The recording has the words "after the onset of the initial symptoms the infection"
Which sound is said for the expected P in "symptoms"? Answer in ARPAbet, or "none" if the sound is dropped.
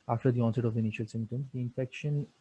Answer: none